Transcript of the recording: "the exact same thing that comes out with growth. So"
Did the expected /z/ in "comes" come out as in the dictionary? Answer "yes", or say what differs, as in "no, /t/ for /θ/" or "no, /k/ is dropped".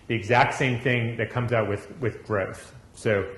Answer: yes